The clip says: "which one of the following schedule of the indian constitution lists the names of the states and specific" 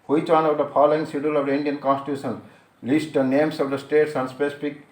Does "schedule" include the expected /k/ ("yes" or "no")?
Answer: no